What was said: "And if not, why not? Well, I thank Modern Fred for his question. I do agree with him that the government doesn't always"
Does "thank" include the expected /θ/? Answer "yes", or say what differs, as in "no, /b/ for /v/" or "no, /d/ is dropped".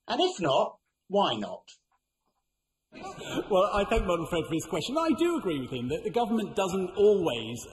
yes